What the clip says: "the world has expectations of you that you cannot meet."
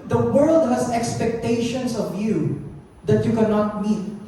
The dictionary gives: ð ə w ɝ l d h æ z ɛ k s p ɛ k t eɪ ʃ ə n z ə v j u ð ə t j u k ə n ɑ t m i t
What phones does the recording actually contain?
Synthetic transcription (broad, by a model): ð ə w ɝ l d h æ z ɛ k s p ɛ k t eɪ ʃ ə n s ə v j u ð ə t j u k ə n ɑ t m i t